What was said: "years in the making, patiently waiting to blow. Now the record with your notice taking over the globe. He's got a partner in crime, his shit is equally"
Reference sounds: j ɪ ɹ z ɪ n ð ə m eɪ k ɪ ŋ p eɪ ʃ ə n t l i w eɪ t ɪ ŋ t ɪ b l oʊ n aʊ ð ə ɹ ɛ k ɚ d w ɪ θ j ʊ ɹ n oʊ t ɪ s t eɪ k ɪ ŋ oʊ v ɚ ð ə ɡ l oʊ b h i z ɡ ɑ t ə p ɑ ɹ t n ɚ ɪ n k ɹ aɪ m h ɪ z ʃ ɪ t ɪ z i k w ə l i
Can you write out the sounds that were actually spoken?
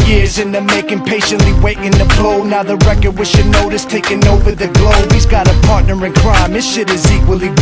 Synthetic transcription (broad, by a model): j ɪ ɹ z ɪ n ð ə m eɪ k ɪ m p eɪ ʃ ə n t l i w eɪ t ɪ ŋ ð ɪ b l oʊ n aʊ ð ə ɹ ɛ k ɚ d w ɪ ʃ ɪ n oʊ t ɪ s t eɪ k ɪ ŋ oʊ v ɚ ð ə ɡ l oʊ b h i z ɡ ɑ t ə p ɑ ɹ t n ɚ ɪ n k ɹ aɪ m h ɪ ʃ ɪ t ɪ z i k w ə l i